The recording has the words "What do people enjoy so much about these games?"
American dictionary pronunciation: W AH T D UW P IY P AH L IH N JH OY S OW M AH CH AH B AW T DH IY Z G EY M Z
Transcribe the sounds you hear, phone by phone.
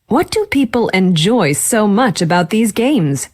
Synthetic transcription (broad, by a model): W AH T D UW P IY P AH L IH N JH OY S OW M AH CH AH B AW T DH IY Z G EY M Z